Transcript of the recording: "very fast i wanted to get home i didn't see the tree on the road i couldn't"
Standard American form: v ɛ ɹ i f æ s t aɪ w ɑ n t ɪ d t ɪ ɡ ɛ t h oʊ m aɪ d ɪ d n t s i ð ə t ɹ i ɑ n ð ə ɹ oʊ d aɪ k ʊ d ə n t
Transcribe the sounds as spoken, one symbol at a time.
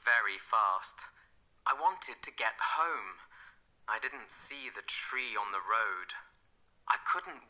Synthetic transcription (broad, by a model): v ɛ ɹ i f æ s t aɪ w ɑ n t ɪ d t ɪ ɡ ɛ t h oʊ m aɪ d ɪ d n t s i ð ə t ɹ i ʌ n ð ə ɹ oʊ d aɪ k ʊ d n t